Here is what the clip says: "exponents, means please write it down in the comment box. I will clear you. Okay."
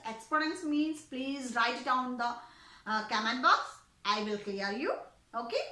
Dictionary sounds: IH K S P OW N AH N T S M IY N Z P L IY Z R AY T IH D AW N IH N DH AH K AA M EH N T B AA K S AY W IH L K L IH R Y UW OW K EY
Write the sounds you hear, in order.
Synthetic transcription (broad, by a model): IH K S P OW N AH N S M IY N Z P L IY Z R AY T D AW IH N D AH K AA M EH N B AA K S AY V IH L K L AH R Y UW OW K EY